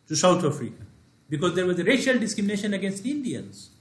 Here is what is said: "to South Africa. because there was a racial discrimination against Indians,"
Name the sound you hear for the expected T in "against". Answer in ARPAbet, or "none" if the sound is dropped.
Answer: T